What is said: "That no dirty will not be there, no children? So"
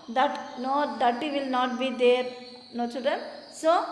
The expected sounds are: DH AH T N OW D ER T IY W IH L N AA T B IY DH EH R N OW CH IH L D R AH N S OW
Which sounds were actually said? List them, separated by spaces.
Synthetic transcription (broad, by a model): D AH T N OW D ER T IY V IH L N AA T B IY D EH R N OW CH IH D AH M S OW